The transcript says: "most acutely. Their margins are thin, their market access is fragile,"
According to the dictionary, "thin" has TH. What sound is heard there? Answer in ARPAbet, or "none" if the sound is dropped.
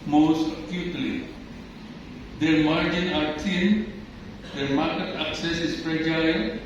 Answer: T